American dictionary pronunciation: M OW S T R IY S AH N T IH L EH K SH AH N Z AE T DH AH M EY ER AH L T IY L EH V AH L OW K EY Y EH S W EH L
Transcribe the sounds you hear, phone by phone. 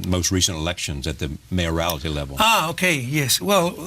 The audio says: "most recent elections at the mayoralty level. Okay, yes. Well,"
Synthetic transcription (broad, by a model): M OW S T R IY S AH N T IH L EH K SH AH N Z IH T DH AH M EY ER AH L T IY L EH V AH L OW K EY Y EH S W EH L